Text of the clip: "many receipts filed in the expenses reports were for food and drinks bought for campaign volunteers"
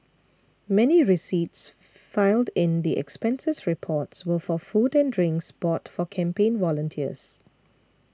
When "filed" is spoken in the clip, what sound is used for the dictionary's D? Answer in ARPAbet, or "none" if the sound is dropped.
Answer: D